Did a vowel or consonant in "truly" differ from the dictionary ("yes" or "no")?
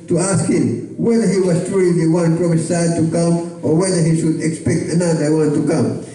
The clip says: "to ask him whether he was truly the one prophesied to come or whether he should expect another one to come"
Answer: yes